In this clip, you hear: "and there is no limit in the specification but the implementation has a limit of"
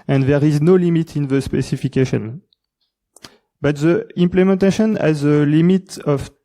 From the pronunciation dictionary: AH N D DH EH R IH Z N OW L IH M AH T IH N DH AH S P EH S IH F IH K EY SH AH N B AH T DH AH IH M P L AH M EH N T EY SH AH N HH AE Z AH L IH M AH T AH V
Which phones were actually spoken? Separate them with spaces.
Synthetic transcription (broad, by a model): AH N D DH EH R IH Z N OW L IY M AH T IH N DH AH S P EH S IH F IH K EY SH AH N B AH T DH AH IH M P L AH M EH N T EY SH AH N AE Z AH L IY M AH T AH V